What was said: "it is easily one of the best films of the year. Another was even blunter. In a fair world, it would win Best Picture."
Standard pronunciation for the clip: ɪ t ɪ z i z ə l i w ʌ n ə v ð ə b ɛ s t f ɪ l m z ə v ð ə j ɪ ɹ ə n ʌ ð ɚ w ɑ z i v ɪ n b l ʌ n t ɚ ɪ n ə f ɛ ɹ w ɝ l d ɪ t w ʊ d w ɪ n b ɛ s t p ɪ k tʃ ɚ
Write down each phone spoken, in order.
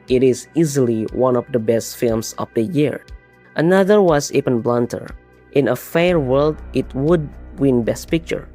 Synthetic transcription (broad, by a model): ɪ t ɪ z i z ə l i w ʌ n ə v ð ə b ɛ s t f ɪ l m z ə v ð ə j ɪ ɹ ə n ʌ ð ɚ w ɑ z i p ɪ n b l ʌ n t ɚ ɪ n ə f ɛ ɹ w ɝ l d ɪ t w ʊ d w ɪ n b ɛ s t p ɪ k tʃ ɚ